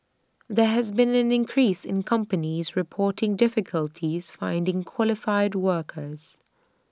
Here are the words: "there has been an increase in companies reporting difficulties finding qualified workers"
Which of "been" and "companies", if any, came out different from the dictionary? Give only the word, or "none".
none